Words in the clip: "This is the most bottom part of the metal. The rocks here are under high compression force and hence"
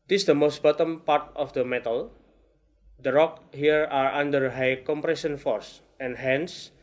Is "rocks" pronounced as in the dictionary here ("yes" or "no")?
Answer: no